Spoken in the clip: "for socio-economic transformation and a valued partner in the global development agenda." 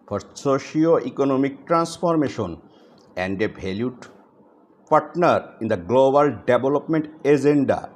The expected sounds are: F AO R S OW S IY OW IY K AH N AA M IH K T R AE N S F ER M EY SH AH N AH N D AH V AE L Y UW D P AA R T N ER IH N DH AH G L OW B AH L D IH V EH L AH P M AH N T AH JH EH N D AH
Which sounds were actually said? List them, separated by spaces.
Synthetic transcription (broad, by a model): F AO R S OW SH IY OW IY K AH N AA M IH K T R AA N S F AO M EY SH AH N AH N D AH B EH L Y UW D P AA R T N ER IH N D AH G L OW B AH L D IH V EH L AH P M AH N T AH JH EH N D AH